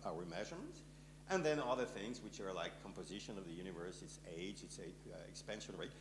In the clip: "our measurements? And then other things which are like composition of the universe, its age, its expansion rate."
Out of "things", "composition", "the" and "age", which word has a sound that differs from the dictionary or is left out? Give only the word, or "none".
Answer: none